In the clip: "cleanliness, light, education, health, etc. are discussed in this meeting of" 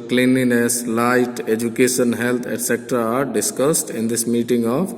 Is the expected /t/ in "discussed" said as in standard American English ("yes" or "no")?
yes